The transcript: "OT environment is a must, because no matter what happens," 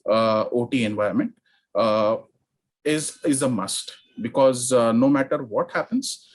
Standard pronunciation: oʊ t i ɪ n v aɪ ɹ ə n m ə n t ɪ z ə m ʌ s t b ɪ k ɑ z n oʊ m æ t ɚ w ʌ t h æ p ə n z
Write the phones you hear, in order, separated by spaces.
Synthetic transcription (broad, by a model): oʊ t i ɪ n v aɪ ə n m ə n t ɪ z ə m ʌ s t b ɪ k ɑ z n oʊ m æ t ɚ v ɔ t h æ p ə n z